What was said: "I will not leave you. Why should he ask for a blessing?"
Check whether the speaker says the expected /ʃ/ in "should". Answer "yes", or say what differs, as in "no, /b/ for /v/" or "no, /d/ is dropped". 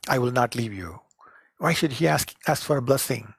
yes